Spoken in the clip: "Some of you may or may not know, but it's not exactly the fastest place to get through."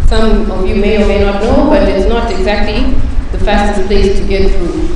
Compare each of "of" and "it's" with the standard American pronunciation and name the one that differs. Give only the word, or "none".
none